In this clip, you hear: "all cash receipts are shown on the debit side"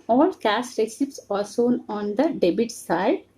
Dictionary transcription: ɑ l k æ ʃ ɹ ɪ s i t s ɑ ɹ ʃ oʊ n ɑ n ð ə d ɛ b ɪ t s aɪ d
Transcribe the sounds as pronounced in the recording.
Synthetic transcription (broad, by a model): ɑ l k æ s ɹ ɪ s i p s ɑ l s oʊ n ɑ n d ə d ɛ b ɪ t s aɪ d